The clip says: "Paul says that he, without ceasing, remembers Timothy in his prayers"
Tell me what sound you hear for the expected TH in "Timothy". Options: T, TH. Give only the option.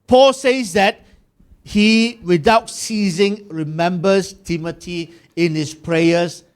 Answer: T